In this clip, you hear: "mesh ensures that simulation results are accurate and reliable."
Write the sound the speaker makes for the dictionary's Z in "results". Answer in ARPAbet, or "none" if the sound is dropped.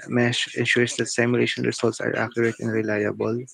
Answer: S